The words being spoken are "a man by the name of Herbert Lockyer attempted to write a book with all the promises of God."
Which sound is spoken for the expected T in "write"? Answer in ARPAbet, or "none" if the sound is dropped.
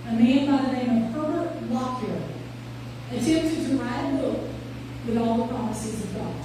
none